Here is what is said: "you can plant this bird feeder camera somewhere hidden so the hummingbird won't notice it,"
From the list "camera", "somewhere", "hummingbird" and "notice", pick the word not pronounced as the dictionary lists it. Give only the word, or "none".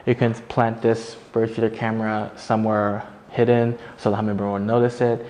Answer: hummingbird